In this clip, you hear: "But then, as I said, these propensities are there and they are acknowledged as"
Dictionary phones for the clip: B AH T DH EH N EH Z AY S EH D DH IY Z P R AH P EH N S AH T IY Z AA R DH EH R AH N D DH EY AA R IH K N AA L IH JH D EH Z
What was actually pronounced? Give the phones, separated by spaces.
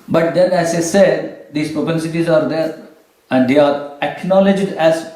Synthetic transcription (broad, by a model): B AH T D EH N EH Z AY S EH D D IY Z P R AH P EH N S AH T IY Z AA R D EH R AH N D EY AA R IH K N AA L IH JH D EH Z